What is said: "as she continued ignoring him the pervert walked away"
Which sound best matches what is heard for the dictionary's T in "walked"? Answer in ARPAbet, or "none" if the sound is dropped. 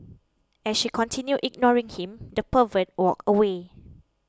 none